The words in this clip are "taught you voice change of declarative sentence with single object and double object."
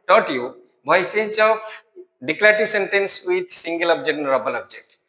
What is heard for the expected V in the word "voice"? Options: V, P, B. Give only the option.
B